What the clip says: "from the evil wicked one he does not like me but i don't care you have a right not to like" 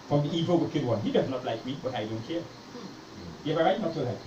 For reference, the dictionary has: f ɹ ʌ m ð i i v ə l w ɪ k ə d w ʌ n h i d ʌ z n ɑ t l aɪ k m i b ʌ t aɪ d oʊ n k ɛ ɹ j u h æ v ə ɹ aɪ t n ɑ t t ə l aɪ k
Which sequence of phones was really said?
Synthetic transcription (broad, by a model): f ɹ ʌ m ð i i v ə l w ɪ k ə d w ʌ n h i d ʌ z n ɑ t l aɪ k m i b ʌ t aɪ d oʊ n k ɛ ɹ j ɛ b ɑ ə ɹ aɪ t n ɑ t s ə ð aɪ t